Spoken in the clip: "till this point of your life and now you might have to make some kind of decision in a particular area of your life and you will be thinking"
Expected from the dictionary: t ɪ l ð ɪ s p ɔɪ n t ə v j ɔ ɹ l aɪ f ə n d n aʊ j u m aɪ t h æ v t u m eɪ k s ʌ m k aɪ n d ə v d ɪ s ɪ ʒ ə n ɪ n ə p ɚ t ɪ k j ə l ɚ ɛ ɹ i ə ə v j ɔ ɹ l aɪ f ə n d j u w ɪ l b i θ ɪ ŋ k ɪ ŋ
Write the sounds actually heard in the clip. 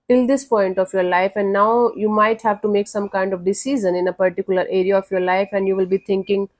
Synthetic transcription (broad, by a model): t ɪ l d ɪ s p ɔɪ n t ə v j ɔ ɹ l aɪ f ə n d n aʊ j u m aɪ t h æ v t u m eɪ k s ʌ m k aɪ n d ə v d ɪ s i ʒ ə n ɪ n ə p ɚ t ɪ k j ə l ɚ ɛ ɹ i ə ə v j ɔ ɹ l aɪ f ə n d j u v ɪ l b i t ɪ ŋ k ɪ ŋ